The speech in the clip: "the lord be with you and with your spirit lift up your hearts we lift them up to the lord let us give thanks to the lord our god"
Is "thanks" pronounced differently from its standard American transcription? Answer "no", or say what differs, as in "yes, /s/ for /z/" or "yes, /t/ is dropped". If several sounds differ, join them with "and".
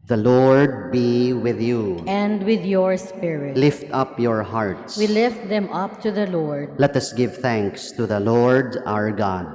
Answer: no